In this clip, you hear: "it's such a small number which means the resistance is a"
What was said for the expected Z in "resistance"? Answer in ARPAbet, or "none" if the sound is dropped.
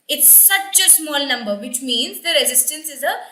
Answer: Z